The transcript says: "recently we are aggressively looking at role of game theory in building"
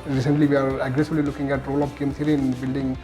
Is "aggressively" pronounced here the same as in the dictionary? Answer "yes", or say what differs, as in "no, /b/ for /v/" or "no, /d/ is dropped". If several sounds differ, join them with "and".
no, /b/ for /v/